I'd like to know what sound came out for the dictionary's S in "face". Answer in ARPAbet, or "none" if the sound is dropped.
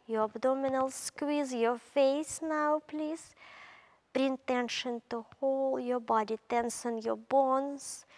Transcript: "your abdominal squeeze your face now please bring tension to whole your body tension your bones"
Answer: S